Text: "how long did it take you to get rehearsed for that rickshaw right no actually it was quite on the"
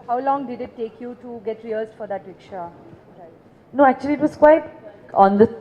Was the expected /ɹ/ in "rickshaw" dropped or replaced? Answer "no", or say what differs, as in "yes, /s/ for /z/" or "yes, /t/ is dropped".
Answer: yes, /w/ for /ɹ/